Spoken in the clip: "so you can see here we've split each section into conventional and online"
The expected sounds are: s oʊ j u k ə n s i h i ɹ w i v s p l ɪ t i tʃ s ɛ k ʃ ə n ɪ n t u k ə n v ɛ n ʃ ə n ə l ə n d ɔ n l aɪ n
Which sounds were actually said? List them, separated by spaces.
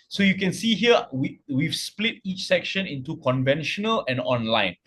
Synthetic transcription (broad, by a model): s oʊ j u k ə n s i h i w w i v s p l ɪ t i tʃ s ɛ k ʃ ə n ɪ n t u k ə n v ɛ n ʃ ə n ə l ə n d ɔ n l aɪ n